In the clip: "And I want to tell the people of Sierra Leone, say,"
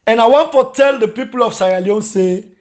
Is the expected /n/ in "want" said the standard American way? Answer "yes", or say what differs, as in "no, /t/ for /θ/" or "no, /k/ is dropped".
yes